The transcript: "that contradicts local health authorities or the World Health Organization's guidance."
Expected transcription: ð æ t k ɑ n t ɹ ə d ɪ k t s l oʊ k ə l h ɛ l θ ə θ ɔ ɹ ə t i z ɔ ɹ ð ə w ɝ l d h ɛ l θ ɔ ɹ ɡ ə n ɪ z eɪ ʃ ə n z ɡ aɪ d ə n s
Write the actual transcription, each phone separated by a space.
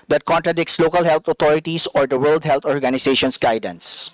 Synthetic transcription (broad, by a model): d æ t k ɑ n t ɹ ə d ɪ k t s l oʊ k ə l h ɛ l t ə t ɔ ɹ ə t i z ɔ ɹ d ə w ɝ l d h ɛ l t ɔ ɹ ɡ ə n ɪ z eɪ ʃ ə n s ɡ aɪ d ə n s